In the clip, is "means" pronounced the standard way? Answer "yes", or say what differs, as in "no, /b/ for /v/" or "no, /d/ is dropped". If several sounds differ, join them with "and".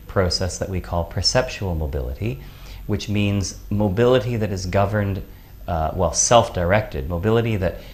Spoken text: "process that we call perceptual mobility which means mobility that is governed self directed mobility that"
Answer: yes